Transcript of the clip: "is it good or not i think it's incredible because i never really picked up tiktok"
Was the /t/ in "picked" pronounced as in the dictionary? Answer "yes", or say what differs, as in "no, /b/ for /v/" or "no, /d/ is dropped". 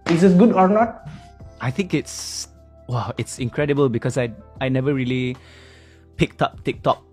yes